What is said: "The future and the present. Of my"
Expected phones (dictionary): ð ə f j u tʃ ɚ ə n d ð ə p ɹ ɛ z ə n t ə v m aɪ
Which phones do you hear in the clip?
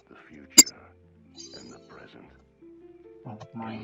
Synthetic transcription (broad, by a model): ð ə f j u tʃ ɚ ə n ð ə p ɹ ɛ z ə n t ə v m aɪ